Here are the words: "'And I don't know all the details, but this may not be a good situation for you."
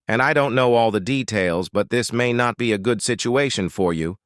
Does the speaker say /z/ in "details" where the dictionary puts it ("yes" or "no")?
yes